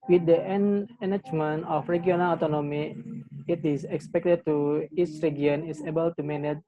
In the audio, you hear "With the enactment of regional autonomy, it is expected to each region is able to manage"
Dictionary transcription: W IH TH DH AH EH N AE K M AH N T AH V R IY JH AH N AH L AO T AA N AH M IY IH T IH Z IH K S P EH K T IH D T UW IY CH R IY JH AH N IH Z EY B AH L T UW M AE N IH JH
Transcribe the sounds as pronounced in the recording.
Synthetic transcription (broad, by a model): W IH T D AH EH N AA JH M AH N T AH F R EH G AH N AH L AO T AA N AH M IY IH T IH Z IH K S P EH K T IH D T UW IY S R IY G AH N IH S EY B AH L T UW M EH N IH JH